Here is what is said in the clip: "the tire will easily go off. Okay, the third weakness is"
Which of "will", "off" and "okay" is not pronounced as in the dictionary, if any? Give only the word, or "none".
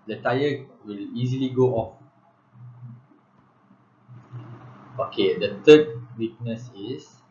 none